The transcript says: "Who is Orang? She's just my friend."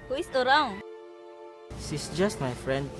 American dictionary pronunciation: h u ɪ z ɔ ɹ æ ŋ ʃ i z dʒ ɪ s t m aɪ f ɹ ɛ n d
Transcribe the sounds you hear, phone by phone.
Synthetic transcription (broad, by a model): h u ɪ s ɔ ɹ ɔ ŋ s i s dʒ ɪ s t m aɪ f ɹ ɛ n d